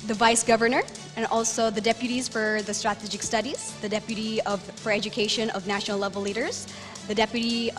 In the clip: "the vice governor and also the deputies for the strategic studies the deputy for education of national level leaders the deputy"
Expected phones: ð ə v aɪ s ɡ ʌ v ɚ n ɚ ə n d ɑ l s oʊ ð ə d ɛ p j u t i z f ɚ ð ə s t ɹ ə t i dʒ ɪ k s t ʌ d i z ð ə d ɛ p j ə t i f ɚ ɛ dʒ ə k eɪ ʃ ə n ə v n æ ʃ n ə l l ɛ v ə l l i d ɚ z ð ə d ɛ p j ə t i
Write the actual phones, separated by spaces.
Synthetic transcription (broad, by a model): ð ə v aɪ s ɡ ʌ v ɚ n ɚ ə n ɑ l s oʊ ð ə d ɛ p j u t i z f ɚ ð ə s t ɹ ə t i dʒ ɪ k s t ʌ d i z ð ə d ɛ p j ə t i f ɚ ɛ dʒ ə k eɪ ʃ ə n ə v n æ ʃ n l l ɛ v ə l l i d ɚ z ð ə d ɛ p j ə t i